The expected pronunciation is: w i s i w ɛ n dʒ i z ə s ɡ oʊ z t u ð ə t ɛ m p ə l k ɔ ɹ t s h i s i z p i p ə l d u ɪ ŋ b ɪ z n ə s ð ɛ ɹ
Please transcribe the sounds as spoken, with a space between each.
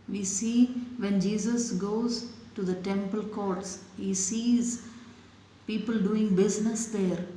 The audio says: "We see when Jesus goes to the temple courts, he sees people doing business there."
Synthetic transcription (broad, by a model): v i s i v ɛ n dʒ i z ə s ɡ oʊ z t u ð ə t ɛ m p ə l k ɔ ɹ t s h i s i z p i p ə l d u ɪ ŋ b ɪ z n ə s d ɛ ɹ